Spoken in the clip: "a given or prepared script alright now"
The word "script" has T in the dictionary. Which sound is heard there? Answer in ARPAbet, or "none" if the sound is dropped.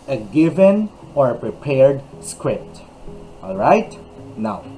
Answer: T